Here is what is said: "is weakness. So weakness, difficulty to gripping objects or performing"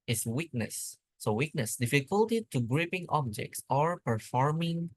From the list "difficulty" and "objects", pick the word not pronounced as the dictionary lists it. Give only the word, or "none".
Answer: none